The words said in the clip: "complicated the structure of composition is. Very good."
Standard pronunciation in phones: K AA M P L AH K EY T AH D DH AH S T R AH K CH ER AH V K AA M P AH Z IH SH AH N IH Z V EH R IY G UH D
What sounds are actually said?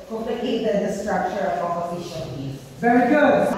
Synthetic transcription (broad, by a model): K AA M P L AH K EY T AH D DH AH S T R AH K CH ER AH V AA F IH SH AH L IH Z V EH R IY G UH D